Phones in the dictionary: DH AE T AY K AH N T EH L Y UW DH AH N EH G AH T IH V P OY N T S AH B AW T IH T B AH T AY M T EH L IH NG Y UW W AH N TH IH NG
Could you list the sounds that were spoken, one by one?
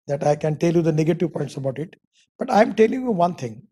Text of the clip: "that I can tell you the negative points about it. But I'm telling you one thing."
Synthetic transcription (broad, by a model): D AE T AY K AH N T EH L Y UW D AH N EH G AH T IH V P OY N T S AH B AW T IH T B AH T AY M T EH L IH NG Y UW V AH N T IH NG